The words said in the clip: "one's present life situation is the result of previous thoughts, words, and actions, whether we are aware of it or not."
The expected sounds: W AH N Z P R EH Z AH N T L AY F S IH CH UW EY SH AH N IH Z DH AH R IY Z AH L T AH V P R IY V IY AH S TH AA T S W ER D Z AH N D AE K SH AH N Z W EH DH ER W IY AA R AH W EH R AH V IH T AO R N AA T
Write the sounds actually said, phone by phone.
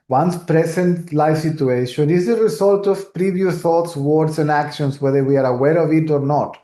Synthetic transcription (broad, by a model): W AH N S P R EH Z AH N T L AY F S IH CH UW EY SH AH N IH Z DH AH R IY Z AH L T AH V P R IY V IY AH TH AA T S W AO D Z AH N D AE K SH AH N S W EH DH ER W IY AA R AH W EH R AH V IH T AO R N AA T